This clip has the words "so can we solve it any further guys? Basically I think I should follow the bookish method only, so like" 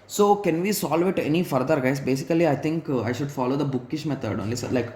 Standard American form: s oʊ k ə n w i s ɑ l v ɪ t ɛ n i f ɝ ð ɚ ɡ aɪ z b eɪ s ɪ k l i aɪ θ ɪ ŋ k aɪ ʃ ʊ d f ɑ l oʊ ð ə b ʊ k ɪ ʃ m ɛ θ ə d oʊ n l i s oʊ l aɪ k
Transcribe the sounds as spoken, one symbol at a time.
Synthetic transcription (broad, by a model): s oʊ k ə n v i s ɑ l v ɪ t ɛ n i f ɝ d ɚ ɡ aɪ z b eɪ s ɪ k l i aɪ t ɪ ŋ k aɪ ʃ ʊ d f ɑ l oʊ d ə b ʊ k ɪ ʃ m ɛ t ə d oʊ n l i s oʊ l aɪ k